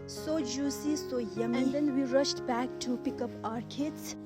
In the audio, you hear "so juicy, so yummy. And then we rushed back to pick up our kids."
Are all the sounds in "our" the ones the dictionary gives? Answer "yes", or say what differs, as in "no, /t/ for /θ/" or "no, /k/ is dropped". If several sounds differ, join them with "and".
yes